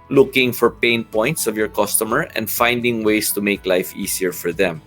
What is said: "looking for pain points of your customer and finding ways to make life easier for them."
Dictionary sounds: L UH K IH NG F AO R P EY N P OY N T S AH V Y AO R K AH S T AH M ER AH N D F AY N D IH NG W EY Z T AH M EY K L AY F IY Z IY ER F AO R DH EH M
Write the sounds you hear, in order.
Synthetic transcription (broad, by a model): L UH K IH NG F AO R P EY N P OY N T S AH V Y AO R K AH S T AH M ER AH N D F AY N D IH NG W EY S T AH M EY K L AY F IY S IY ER F AO R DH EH M